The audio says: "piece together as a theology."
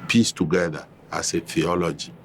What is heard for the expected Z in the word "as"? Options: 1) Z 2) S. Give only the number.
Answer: 2